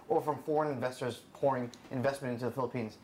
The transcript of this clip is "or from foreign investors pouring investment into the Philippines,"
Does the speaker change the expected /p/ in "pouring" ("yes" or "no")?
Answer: no